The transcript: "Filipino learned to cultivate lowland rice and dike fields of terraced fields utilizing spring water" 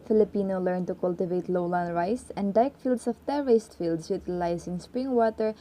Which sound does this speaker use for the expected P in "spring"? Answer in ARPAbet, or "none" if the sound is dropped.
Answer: P